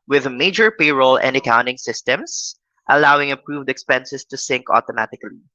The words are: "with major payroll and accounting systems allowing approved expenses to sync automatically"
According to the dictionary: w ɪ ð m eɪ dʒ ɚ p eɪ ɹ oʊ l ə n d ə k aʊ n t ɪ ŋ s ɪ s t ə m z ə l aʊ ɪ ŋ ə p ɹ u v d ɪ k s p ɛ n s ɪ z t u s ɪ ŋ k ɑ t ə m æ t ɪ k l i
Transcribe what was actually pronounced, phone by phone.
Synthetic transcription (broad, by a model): w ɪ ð m eɪ dʒ ɚ p eɪ ɹ oʊ l ə n d ə k aʊ n t ɪ ŋ s ɪ s t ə m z ə l aʊ ɪ ŋ ə p ɹ u v d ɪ k s p ɛ n s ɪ s t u s ɪ ŋ k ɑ t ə m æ t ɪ k l i